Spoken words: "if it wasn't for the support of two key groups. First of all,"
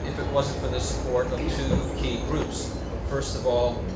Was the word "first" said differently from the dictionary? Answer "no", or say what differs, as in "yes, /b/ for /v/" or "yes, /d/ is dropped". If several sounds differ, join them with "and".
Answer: no